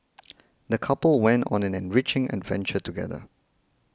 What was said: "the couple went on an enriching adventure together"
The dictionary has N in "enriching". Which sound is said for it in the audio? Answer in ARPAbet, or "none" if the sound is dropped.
N